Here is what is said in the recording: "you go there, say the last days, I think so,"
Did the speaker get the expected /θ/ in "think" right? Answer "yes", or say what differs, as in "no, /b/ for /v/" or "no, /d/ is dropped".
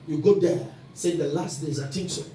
no, /t/ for /θ/